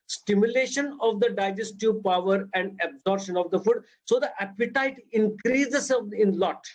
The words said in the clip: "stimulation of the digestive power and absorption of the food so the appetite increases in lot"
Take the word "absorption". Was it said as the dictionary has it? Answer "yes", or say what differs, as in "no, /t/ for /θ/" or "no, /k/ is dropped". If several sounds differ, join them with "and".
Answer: no, /p/ is dropped